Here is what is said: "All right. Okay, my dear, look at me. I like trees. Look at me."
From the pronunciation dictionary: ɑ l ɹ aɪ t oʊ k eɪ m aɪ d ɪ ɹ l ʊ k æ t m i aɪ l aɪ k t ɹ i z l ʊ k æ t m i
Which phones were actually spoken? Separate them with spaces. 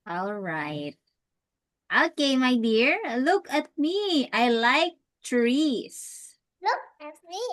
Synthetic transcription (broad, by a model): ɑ l ɹ aɪ t oʊ k eɪ m aɪ d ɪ ɹ l ʊ k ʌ t m i aɪ l aɪ k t ɹ i s l ʊ k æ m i